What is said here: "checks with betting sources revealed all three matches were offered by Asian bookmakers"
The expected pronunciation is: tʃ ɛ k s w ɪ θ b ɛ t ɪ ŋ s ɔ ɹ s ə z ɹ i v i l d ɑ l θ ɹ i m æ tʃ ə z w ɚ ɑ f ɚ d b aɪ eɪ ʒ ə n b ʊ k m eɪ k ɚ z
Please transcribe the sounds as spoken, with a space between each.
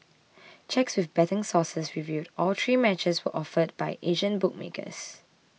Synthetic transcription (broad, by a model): tʃ ɛ k s w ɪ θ b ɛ t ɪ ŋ s ɔ s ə s ɹ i v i d ɑ l t ɹ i m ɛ tʃ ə s w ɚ ɑ f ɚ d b aɪ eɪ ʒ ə n b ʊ k m eɪ k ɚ s